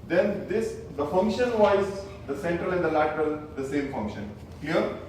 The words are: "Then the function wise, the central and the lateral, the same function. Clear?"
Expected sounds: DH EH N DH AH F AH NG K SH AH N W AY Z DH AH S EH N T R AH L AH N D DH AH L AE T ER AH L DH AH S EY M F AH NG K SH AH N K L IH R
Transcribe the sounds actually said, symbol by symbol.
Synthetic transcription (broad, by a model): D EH N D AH F AH NG K SH AH N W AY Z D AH S EH N T R AH L AH N D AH L AE T ER AH L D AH S EY M F AH NG K SH AH N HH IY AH R